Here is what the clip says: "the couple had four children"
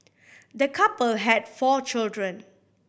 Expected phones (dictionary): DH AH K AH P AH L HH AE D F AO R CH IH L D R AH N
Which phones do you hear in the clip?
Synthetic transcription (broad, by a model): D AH K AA P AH L HH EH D F AO CH IH L D R AH N